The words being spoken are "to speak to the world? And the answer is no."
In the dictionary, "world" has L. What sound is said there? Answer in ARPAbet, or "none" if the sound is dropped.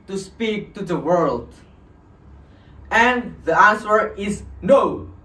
L